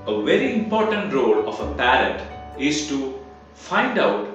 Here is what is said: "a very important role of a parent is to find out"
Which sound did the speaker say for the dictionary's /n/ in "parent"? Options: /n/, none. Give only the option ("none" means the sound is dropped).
none